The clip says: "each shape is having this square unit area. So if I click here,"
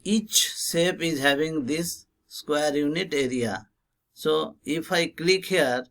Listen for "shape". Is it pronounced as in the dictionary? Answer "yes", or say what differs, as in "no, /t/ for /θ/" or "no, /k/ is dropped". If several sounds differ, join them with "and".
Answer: no, /s/ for /ʃ/